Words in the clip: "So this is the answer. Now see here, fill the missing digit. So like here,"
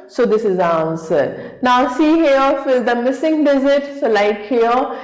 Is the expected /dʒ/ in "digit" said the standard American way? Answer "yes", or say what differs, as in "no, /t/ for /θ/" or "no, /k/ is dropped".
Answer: no, /z/ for /dʒ/